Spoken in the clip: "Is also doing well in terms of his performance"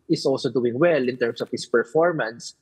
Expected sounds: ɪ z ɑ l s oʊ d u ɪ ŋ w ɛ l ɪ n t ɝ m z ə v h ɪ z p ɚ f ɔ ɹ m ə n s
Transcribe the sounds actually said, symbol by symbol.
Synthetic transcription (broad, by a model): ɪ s ɑ l s oʊ d u ɪ ŋ w ɛ l ɪ n t ɝ m s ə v h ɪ s p ɚ f ɔ ɹ m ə n s